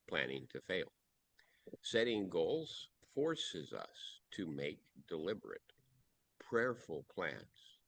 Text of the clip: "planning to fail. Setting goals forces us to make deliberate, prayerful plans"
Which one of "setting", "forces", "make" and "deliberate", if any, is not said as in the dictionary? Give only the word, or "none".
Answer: none